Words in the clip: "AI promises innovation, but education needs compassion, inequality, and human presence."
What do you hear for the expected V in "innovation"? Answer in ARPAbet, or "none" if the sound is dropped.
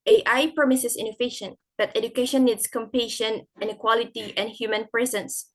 F